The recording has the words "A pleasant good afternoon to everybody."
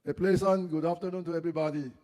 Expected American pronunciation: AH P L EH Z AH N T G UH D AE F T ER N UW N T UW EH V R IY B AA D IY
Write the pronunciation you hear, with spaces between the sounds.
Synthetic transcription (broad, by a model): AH P L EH S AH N G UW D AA F T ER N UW N T UW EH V R IY B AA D IY